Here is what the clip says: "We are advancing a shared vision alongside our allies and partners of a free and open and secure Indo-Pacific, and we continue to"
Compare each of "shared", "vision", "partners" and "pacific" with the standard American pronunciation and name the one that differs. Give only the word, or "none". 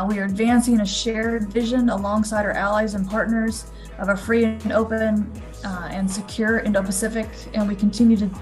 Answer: none